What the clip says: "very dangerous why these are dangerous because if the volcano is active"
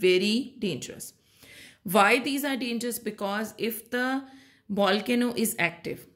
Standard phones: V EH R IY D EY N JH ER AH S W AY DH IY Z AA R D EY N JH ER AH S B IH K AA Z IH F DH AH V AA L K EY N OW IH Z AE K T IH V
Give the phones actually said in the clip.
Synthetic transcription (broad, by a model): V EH R IY D EY N JH ER AH S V AY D IY Z AA R D EY N JH ER AH S B IH K AA Z IH F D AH B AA L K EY N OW IH Z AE K T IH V